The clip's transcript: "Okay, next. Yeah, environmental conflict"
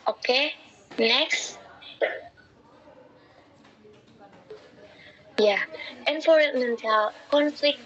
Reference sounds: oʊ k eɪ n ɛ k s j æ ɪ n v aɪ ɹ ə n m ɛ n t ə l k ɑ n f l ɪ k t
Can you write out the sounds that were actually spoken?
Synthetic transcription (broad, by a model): oʊ k eɪ n ɛ k s j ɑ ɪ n f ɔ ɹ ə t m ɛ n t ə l k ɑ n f l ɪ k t